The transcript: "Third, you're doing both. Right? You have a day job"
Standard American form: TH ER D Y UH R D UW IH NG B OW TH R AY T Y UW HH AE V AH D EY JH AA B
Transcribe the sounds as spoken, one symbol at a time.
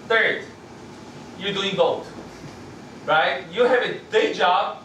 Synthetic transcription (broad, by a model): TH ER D Y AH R D UW IH NG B OW T R AY T Y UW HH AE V AH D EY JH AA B